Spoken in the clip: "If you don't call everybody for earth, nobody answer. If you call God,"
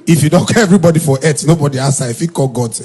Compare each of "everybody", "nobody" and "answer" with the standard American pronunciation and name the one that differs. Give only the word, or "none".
answer